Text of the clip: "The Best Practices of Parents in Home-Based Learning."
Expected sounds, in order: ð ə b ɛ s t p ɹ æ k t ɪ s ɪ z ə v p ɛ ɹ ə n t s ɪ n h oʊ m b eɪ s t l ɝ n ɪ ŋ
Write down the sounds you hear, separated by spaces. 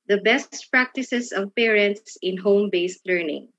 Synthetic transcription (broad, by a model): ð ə b ɛ s t p ɹ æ k t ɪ s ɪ s ə v p ɛ ɹ ə n t s ɪ n h oʊ m b eɪ s t l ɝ n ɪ ŋ